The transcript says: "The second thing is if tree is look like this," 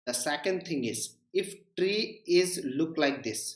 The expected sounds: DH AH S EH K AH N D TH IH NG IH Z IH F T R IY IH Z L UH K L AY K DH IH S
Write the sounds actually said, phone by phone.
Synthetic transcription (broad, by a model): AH S EH K AH N D T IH NG IH Z IH F T R IY IH Z L UH K L AY K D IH S